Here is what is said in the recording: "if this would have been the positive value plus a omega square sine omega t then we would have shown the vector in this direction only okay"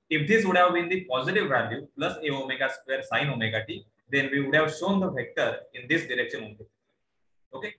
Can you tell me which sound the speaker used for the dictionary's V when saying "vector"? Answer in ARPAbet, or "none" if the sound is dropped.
F